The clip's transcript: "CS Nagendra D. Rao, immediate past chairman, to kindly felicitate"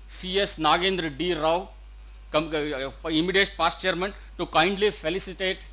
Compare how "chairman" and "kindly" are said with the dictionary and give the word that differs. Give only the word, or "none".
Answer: none